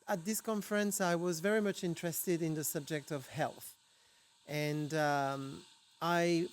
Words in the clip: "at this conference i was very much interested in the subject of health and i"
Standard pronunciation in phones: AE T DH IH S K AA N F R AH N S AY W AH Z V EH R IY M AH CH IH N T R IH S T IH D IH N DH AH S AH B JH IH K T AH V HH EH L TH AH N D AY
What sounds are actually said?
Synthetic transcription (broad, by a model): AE T DH IH S K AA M F R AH N S AY W AH Z V EH R IY M AH CH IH N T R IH S T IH D IH N DH AH S AH B JH IH K T AH V HH EH L TH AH N D AY